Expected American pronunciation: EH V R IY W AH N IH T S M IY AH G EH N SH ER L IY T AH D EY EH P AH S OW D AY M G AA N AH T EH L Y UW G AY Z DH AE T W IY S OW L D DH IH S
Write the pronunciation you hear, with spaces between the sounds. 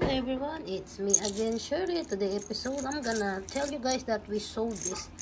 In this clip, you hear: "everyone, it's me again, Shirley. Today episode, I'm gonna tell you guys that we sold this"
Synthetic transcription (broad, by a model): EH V R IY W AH N IH T S M IY AH G EH N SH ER IY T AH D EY EH P AH S OW D AY M G AA N AH T EH L Y UW G AY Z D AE T W IY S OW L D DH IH S